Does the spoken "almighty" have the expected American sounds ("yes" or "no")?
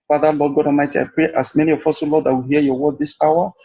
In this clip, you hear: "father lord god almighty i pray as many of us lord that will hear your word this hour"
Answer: no